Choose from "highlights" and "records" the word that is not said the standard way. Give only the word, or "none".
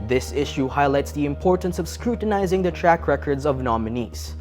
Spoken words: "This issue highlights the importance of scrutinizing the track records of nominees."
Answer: none